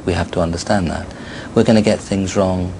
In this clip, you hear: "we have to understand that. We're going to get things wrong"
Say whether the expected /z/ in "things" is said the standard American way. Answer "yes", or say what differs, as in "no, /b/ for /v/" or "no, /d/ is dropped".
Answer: yes